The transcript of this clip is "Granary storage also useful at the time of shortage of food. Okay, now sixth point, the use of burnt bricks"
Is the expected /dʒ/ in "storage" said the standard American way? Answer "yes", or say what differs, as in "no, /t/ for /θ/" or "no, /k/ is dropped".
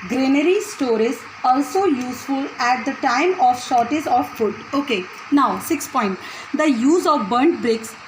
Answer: no, /z/ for /dʒ/